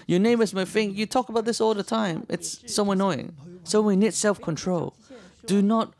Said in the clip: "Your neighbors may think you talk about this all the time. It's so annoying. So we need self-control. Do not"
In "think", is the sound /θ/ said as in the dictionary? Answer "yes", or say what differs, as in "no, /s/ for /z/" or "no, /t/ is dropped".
no, /f/ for /θ/